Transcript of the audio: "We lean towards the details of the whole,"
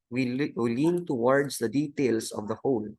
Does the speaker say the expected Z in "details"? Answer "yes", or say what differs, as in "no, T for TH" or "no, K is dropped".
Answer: no, S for Z